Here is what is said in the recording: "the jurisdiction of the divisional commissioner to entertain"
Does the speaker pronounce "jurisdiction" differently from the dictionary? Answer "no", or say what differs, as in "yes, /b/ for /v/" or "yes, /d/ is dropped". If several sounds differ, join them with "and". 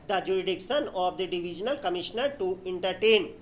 yes, /s/ is dropped